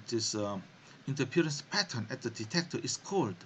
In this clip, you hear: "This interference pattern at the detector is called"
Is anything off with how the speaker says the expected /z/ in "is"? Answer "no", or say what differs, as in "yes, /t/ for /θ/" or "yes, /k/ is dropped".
yes, /s/ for /z/